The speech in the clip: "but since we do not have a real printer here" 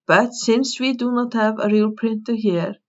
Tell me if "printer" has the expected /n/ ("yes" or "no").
yes